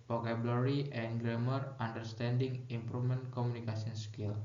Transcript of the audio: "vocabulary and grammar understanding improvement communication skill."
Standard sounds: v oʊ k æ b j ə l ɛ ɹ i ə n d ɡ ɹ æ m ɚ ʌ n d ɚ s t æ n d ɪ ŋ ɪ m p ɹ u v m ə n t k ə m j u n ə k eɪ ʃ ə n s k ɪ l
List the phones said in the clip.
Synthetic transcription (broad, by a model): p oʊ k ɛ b l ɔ ɹ i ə n ɡ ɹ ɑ m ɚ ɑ n d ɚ s t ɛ n d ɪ ŋ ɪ m p ɹ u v m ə n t k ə m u n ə k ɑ s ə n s k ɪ l